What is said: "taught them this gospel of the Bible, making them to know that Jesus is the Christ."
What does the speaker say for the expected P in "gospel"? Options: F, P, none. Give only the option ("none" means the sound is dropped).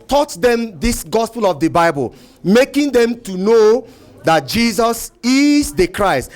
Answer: P